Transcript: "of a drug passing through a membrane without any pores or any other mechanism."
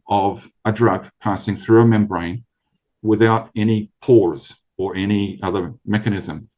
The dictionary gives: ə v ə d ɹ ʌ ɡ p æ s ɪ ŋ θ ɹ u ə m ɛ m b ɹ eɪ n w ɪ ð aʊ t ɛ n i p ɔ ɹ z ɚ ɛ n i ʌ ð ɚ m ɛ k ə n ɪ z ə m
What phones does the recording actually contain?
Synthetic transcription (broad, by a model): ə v ə d ɹ ʌ ɡ p æ s ɪ ŋ θ ɹ u ə m ɛ m b ɹ eɪ n w ɪ ð aʊ t ɛ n i p ɔ ɹ z ɚ ɛ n i ʌ ð ɚ m ɛ k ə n ɪ z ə m